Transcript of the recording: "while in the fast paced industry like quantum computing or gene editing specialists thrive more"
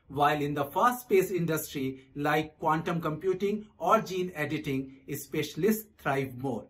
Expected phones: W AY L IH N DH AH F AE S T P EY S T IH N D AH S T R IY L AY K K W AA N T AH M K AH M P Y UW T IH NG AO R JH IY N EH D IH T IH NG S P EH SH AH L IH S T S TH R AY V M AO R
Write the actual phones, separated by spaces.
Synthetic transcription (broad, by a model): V AY L IH N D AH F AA S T P EY S IH N D AH S T R IY L AY K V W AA N T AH M K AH M P Y UW T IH NG AO R JH IY N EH D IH T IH NG S P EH SH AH L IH S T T R AY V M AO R